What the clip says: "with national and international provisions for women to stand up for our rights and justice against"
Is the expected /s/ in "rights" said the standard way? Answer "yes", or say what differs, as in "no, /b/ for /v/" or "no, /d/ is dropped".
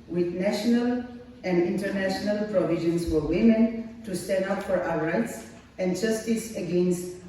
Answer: yes